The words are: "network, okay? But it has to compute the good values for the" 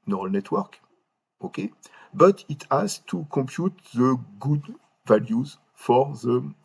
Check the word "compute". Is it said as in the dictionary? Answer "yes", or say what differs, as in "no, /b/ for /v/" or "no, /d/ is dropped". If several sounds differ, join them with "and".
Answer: no, /m/ is dropped